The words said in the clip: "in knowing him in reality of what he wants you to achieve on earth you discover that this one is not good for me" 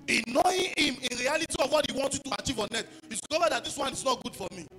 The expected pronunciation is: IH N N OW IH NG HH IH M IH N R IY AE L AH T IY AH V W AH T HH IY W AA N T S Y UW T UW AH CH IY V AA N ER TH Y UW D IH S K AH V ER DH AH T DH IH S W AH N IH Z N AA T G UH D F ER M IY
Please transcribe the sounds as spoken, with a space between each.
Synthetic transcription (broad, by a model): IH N N OW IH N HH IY M IH N R IY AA L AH T IY AH V W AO T HH IY W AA N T Y UW T UW AH CH IY V AA N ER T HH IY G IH K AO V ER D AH T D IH S W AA N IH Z N AA T G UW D F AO M IY